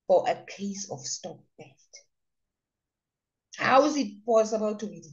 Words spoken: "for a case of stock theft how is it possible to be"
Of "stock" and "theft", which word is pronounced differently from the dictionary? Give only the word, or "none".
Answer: theft